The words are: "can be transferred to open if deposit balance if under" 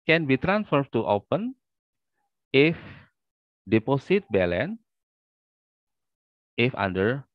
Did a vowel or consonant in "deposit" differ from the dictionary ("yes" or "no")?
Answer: yes